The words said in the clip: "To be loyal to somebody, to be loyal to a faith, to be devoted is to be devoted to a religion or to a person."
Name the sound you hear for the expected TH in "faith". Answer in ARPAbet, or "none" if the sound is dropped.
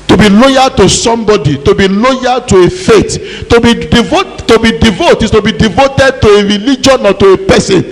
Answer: T